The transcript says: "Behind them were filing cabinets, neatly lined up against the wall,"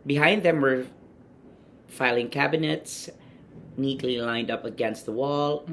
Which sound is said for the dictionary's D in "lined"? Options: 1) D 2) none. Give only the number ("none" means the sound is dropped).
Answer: 1